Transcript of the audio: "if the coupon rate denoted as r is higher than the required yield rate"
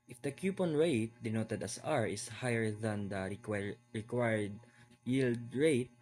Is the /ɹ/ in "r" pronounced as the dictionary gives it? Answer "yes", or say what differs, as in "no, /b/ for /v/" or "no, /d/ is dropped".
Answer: yes